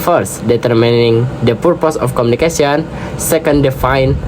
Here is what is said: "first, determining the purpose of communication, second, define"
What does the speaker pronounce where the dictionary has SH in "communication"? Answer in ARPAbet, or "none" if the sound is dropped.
S